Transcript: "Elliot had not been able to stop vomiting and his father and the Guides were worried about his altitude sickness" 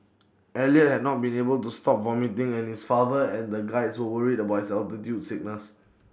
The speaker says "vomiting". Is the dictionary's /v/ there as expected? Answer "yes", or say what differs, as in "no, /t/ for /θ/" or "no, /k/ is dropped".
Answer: yes